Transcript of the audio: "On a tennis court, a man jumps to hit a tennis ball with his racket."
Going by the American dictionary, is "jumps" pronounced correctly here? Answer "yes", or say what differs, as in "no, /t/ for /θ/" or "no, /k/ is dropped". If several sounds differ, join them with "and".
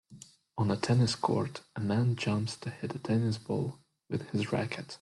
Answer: yes